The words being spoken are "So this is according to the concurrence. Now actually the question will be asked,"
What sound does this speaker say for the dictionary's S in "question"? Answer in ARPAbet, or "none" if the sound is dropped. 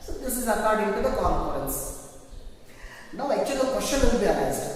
SH